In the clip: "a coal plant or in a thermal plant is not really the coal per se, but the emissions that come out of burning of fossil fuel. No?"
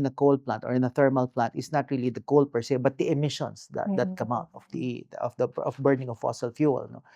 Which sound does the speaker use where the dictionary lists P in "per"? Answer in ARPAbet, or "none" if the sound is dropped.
P